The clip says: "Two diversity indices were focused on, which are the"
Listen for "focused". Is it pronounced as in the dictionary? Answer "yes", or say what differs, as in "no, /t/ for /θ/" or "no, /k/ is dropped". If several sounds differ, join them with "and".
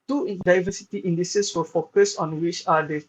no, /t/ is dropped